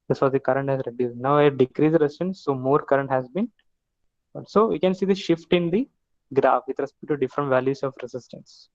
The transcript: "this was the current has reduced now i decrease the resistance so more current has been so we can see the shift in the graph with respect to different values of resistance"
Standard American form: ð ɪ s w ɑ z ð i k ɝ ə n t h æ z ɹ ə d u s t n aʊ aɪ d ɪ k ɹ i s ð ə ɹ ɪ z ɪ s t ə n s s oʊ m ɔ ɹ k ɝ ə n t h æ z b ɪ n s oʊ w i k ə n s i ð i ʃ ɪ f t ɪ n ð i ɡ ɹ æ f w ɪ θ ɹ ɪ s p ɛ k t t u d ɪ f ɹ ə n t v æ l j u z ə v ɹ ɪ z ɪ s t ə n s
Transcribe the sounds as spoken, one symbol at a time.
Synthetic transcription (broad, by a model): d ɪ s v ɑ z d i k ɝ ə n t h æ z ɹ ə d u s n aʊ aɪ d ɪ k ɹ i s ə ɹ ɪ s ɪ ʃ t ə n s s oʊ m ɔ ɹ k ɝ ə n t h æ z b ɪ n s oʊ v i k ə n s i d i ʃ ɪ f t ɪ n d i ɡ ɹ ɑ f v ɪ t ɹ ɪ s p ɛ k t t u d ɪ f ɹ ə n t v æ l j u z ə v ɹ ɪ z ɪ s t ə n s